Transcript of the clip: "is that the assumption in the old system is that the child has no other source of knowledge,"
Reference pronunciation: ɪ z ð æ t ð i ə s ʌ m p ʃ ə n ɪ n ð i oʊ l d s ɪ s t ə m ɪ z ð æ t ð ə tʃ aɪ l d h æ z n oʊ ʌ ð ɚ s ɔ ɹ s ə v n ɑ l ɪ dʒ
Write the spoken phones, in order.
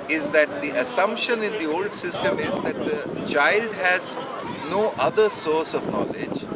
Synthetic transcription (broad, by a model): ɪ z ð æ t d i ə s ʌ m p ʃ ə n ɪ n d i oʊ l d s ɪ s t ə m ɪ z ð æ t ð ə tʃ aɪ l d h æ z n oʊ ʌ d ɚ s ɔ ɹ s ə v n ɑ l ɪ dʒ